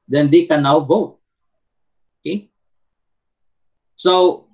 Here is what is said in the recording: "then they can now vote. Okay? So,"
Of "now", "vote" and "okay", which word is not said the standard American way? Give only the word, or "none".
none